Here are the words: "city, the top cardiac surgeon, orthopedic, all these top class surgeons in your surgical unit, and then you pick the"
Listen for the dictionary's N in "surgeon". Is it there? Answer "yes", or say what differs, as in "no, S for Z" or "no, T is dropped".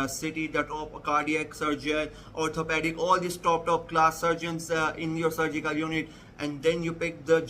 no, L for N